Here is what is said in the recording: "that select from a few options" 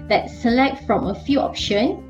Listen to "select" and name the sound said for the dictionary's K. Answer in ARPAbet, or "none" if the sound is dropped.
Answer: K